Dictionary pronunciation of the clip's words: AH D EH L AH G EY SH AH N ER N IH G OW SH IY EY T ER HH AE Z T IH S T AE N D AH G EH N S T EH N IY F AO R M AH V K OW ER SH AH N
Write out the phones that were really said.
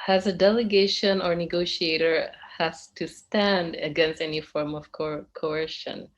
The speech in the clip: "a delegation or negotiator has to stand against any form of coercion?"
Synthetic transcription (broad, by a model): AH D EH L AH G EY SH AH N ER N IH G OW SH IY EY T ER HH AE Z T IH S T AE N D AH G EH N S T EH N IY F AO R M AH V K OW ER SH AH N